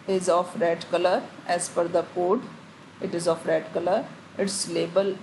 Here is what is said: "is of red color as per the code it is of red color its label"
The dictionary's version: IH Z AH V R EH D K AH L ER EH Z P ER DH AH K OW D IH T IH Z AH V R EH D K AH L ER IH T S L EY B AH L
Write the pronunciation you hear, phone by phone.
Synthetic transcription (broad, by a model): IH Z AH F R EH D K AH L ER EH Z F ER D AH K OW D IH T IH Z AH F R EH D K AH L ER IH T S L EY B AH L